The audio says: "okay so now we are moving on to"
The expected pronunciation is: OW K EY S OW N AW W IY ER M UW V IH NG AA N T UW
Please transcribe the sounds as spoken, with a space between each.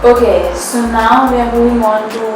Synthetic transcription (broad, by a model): OW K EY S OW N AW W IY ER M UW IH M AA N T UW